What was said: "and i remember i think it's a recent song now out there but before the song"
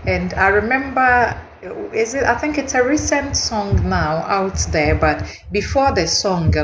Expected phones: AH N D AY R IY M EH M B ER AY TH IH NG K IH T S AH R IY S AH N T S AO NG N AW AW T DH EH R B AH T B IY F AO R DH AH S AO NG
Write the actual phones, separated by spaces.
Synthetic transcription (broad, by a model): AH N D AY R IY M EH M B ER AY TH IH NG K IH T S AH R IY S AH N T S AO NG N AW AW T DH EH R B AH T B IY F AO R DH AH S AO NG